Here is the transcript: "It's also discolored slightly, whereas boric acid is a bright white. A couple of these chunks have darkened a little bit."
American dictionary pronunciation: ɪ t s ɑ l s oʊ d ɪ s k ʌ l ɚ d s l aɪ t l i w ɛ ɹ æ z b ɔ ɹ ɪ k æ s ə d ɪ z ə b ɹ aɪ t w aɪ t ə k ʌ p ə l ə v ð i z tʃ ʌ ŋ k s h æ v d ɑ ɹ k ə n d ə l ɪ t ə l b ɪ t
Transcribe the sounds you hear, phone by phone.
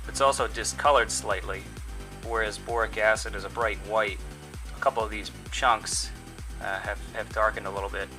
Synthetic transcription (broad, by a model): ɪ t s ɑ l s oʊ d ɪ s k ʌ l ɚ d s l aɪ t l i w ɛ ɹ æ z b ɔ ɹ ɪ k æ s ə d ɪ z ə b ɹ aɪ t w aɪ t ə k ʌ p l ə v ð i z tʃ ʌ ŋ k s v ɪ v d ɑ ɹ k ə n d ə l ɪ t l b ɪ t